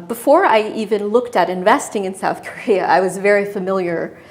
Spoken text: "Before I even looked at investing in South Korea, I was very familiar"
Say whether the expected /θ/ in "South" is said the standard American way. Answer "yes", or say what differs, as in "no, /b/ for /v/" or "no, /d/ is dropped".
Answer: yes